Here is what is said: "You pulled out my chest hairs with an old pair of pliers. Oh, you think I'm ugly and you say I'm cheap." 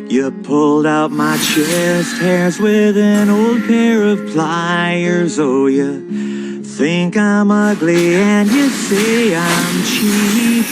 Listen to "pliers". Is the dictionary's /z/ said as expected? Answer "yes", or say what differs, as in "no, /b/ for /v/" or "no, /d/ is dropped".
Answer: yes